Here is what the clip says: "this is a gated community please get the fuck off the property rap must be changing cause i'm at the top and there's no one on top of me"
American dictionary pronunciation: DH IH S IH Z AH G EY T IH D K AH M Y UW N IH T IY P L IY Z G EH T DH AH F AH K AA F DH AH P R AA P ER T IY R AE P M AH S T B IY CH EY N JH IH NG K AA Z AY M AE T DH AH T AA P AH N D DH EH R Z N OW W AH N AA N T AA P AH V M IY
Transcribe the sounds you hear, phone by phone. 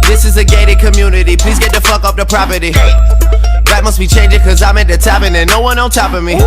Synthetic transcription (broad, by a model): DH IH S IH Z AH G EY T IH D K AH M Y UW N IH T IY P L IY Z G EH T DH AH F AH K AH P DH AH P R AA P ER T IY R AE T M AH S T B IY CH EY N JH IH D K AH Z AY M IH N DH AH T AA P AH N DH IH N OW W AH N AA L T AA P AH M IY